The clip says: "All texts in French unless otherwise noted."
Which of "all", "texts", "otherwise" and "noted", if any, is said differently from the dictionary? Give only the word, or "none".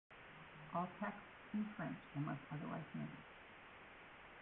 noted